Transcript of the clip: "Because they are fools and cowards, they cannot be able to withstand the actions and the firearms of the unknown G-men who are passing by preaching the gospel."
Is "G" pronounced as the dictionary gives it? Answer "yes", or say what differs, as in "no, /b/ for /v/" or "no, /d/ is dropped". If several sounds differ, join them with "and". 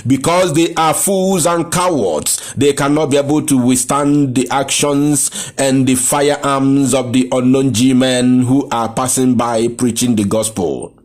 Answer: yes